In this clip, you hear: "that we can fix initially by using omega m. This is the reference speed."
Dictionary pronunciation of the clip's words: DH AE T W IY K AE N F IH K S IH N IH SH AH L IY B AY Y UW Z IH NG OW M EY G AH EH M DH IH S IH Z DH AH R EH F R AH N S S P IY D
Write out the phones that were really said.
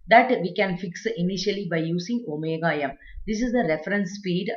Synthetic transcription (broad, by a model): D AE T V IY K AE N F IH K S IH N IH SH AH L IY B AY Y UW S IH NG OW M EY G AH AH M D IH S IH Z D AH R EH F R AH N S S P IY D